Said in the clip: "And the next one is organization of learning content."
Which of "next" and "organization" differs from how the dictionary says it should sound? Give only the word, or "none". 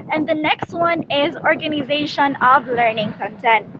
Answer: none